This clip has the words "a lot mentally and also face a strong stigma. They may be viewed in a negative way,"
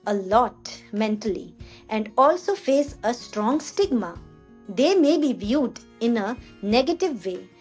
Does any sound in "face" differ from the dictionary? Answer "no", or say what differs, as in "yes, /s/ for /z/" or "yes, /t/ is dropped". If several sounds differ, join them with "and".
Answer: no